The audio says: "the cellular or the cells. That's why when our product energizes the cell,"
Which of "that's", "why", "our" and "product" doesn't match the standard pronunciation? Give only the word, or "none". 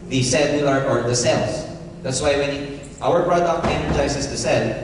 product